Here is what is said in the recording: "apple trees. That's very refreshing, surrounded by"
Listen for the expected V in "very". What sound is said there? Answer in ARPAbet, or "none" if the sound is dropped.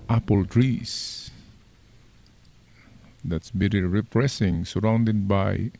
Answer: B